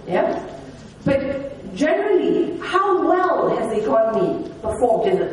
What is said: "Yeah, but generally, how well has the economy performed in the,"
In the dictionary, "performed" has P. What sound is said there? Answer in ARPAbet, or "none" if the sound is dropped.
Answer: B